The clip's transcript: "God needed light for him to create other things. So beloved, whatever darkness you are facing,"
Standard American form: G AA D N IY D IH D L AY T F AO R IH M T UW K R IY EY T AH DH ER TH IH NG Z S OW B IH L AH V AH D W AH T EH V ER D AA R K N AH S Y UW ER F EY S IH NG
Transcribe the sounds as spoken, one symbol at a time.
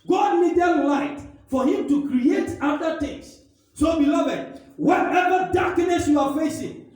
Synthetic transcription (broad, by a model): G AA D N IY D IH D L AY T F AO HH IH M T UW K R IY EY T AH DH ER T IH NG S S OW B IH L AH V AH D W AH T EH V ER D AA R K N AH S Y UW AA F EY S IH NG